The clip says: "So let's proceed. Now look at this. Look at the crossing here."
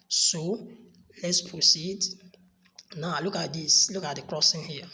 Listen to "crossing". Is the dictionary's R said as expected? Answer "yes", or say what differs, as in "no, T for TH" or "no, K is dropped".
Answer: yes